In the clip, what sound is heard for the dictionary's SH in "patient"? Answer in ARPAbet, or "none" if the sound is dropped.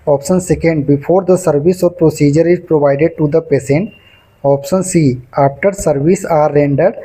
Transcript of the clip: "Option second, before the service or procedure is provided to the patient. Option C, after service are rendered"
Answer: S